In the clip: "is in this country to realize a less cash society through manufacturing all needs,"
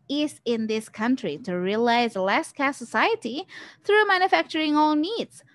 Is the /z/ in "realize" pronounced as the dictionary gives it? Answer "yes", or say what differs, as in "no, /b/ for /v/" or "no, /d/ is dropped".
no, /z/ is dropped